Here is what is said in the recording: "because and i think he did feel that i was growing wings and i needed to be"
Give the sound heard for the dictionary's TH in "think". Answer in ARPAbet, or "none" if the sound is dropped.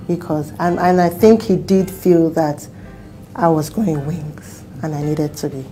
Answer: TH